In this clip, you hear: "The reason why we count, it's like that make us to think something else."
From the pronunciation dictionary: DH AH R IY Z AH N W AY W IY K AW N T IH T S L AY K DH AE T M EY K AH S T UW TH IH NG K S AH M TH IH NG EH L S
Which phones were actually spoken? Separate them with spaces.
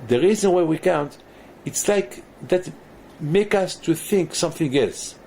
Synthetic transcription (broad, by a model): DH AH R IY Z AH N W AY W IY K AW N T IH T S L AY K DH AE T M EY K AH S T UW TH IH NG K S AH M TH IH NG EH L S